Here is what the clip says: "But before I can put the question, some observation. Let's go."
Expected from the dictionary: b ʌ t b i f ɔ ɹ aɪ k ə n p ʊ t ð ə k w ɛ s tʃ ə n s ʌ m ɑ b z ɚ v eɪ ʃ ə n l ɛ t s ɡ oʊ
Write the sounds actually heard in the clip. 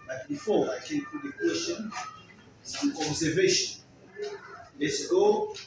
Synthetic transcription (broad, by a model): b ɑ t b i f ɔ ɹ aɪ k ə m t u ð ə k w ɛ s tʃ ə n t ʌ ɑ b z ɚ v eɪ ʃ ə n l ɛ t s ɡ oʊ